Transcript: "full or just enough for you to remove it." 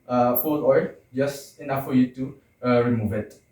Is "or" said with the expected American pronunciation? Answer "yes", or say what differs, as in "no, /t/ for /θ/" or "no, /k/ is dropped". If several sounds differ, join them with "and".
no, /l/ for /ɹ/